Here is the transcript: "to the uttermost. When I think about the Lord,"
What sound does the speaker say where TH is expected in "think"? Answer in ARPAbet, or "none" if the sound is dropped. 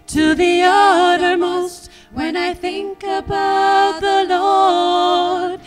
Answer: TH